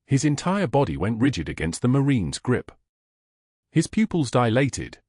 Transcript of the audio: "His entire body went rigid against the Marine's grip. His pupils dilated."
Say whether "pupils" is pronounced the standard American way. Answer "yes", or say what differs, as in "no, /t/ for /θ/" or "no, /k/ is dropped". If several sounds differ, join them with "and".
yes